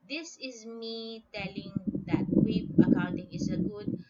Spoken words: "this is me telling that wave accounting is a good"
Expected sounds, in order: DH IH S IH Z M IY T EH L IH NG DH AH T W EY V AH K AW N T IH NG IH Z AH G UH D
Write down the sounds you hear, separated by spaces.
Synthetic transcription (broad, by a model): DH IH S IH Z M IY T EH L IH NG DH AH T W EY P AH K AW N T IH NG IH S AH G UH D